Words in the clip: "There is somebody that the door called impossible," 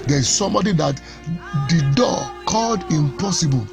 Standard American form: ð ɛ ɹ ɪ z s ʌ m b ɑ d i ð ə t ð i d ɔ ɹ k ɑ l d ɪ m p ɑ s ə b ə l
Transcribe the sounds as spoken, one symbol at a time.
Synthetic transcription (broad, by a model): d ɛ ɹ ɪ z s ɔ m b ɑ d i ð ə t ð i d ɔ k ɑ l d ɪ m p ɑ s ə b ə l